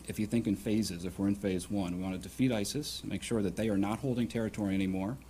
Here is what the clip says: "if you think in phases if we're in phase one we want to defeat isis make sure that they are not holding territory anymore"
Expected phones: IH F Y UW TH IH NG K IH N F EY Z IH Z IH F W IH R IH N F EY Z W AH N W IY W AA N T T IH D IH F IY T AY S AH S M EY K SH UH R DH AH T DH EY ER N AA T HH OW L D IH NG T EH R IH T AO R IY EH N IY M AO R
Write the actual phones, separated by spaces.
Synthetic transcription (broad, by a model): IH F Y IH TH IH NG K IH N F EY Z IH Z IH F W IH R IH N F EY Z W AH N W IY W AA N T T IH D IH F IY T AY S AH S M EY K SH UH R DH AH T DH EY ER N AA T HH OW L D IH NG T EH R IH T AO R IY EH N IY M AO R